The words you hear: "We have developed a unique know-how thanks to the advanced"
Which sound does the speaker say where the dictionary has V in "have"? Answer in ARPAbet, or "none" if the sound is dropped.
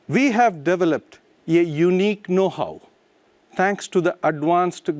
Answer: V